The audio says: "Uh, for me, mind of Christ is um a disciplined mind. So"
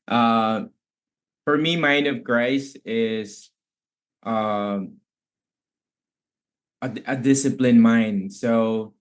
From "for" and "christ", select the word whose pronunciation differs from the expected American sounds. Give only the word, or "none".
christ